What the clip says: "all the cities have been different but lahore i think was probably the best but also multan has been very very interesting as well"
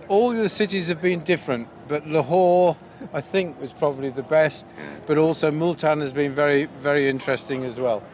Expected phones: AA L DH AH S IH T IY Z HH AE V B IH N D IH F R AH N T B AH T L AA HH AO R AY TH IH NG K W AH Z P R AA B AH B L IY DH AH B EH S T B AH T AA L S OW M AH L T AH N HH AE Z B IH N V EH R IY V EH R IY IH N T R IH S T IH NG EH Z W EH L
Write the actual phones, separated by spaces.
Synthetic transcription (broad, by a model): AA L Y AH S IH T IY Z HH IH V B IH N D IH F R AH N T B AH T L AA HH AO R AY TH IH NG K W AH Z P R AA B AH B L IY DH AH B EH S T B AH T AA L S OW M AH L T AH N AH Z B IH N V EH R IY V EH R IY IH N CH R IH S T IH NG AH Z W EH L